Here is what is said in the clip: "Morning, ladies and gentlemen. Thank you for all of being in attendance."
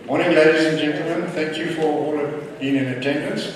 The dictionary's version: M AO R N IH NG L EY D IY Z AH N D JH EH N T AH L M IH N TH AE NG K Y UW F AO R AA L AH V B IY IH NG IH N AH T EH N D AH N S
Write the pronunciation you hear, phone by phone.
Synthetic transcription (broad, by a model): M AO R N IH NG L EY D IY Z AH N JH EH N T L M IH N TH AE NG K Y UW F AO R AA L AH V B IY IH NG IH N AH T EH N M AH N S